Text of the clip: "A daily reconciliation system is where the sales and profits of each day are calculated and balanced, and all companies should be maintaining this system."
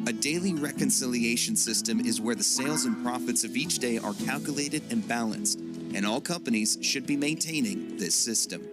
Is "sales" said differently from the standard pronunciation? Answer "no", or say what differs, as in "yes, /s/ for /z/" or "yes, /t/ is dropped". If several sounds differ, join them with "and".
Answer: no